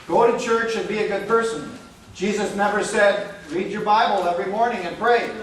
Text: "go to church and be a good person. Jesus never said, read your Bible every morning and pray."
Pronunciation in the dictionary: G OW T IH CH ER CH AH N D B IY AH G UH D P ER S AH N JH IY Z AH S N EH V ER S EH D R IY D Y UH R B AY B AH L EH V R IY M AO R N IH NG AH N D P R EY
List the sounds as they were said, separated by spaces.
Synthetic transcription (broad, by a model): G OW T IH CH ER CH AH N B IY AH G UH D P ER S AH N JH IY Z AH S N EH V ER S EH D R IY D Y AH R B AY B AH L EH V R IY M AO R N IH NG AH N P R EY